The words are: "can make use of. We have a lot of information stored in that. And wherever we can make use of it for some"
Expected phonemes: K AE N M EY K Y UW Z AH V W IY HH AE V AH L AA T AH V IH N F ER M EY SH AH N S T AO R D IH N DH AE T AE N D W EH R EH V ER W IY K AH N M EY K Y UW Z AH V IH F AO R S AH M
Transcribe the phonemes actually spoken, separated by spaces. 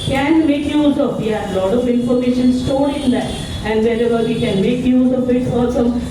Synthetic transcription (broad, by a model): K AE N M EY K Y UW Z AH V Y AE AH L AA T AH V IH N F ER M EY SH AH N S T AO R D IH N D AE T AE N D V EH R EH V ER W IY K AH N M EY K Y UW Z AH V IH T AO L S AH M